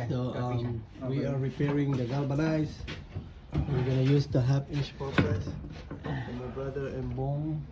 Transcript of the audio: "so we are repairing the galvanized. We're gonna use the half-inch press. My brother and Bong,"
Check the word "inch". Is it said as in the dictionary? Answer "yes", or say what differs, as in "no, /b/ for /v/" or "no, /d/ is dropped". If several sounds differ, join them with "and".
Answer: no, /n/ is dropped